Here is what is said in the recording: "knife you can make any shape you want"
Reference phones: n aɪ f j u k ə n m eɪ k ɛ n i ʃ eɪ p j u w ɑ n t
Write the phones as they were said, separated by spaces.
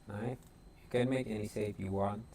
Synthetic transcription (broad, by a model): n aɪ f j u k ə n m eɪ k ɛ n i s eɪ f j u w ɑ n